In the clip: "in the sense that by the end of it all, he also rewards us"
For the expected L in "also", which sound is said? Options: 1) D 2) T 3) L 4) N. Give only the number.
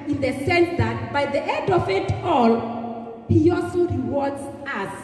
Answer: 3